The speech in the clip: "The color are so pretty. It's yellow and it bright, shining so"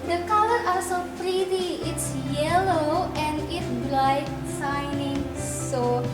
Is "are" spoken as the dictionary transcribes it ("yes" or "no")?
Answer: no